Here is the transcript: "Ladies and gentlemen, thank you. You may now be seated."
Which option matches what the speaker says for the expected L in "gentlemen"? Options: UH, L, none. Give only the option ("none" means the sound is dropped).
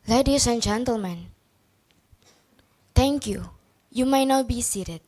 L